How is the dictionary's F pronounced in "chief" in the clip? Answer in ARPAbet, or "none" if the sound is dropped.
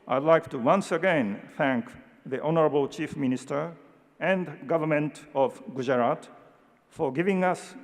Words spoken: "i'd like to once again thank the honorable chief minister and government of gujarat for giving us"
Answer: F